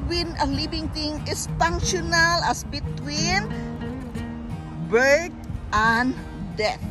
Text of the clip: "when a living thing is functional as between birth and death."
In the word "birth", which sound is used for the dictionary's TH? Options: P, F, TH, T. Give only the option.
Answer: T